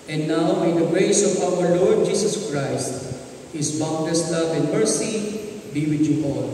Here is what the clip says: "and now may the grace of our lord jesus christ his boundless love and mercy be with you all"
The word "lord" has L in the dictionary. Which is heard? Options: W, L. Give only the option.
L